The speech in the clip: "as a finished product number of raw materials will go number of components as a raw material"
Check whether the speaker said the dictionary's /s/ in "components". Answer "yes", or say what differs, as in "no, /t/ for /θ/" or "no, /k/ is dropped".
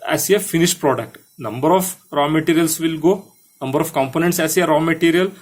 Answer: yes